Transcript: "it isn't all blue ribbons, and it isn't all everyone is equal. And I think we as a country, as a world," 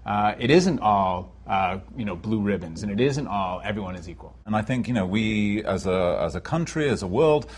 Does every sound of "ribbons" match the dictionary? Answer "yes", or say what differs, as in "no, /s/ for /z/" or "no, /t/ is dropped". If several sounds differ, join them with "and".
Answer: yes